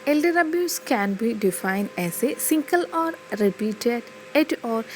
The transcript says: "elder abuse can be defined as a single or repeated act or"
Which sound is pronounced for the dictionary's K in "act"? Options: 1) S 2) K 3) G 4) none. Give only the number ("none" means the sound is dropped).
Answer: 4